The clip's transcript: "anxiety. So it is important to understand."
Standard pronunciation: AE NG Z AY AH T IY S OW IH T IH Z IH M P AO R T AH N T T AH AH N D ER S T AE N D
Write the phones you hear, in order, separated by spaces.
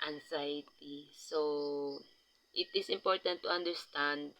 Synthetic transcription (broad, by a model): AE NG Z AY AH T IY S OW IH T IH S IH M P AO R T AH N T T AH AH N D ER S T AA N D